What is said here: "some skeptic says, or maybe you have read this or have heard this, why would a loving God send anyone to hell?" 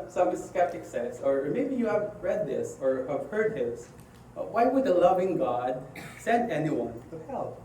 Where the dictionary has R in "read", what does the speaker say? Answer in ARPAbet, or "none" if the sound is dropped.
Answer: R